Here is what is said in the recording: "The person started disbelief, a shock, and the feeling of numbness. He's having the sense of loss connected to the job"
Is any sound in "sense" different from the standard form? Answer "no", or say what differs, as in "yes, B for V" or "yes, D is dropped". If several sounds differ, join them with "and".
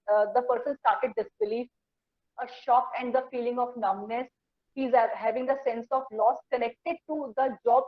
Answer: no